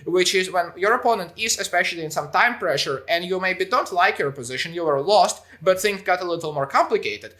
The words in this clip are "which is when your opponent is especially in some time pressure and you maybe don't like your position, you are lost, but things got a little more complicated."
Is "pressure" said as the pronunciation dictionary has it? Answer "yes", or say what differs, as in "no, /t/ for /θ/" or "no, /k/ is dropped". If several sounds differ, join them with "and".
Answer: yes